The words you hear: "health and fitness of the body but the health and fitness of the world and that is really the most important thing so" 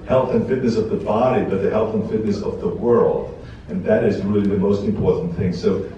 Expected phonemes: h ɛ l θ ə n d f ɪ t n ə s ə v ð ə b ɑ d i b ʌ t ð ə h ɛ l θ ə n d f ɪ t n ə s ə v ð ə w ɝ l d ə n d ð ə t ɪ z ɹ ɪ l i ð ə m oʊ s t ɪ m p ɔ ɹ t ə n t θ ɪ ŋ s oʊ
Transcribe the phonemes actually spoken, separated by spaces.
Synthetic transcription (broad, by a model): h ɛ l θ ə n f ɪ t n ə s ə v ð ə b ɑ d i b ʌ t ð ə h ɛ l θ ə n f ɪ t n ə s ə v ð ə w ɝ l d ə n ð ə t ɪ z ɹ ɪ l i ð ə m oʊ s t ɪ m p ɔ ɹ t n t θ ɪ ŋ s oʊ